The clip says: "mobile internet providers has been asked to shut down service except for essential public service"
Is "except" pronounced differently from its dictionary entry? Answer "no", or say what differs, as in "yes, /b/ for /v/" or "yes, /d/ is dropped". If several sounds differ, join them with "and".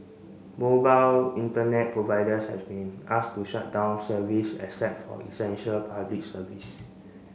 yes, /k/ is dropped and /p/ is dropped